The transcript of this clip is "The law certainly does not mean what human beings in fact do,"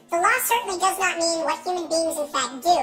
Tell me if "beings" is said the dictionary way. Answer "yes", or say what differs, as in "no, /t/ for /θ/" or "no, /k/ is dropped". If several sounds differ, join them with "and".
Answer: yes